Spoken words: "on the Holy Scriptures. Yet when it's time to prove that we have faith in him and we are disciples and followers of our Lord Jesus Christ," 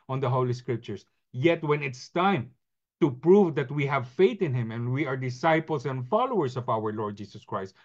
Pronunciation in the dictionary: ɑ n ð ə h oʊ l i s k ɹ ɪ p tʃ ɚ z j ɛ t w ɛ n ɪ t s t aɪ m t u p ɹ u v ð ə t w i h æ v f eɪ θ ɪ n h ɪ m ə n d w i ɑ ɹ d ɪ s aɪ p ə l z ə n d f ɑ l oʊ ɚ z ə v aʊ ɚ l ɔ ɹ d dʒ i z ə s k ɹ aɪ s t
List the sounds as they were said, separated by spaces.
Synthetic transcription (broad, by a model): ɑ n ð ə h oʊ l i s k ɹ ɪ p tʃ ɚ s j ɛ t w ɛ n ɪ t s t aɪ m t u p ɹ u v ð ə t w i h æ v f eɪ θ ɪ n h ɪ m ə n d w i ɑ ɹ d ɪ s aɪ p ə l s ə n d f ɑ l oʊ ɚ s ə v aʊ ɚ l ɔ ɹ d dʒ i s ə s k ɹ aɪ s t